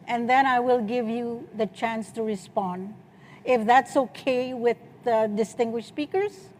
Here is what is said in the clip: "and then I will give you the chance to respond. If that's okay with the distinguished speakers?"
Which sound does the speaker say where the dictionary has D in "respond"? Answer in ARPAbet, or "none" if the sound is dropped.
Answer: D